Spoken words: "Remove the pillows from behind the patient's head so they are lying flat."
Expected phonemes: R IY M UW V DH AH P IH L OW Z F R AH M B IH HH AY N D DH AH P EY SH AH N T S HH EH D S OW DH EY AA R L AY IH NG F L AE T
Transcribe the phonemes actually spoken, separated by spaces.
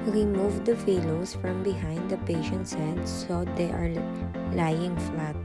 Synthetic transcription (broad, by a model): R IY M UW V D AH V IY L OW S F R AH M B IH HH AY N D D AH P EY SH AH N T S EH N S OW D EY AA R L AY IH NG F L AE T